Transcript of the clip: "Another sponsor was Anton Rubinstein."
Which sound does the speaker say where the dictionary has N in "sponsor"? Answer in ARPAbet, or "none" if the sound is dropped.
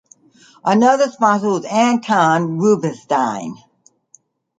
none